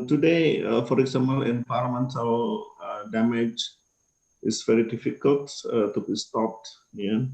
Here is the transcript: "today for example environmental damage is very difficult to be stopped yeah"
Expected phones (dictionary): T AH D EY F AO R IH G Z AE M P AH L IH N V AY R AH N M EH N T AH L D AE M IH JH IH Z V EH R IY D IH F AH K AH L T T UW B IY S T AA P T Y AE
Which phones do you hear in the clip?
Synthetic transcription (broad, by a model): T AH D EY F AO R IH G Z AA M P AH L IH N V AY L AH M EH N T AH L D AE M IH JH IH S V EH R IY D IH F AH K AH L T T UW B IY S T AA P T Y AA